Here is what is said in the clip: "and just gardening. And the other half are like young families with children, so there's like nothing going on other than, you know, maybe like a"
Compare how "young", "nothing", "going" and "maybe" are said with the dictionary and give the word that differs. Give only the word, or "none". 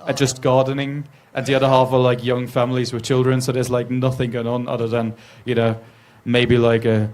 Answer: none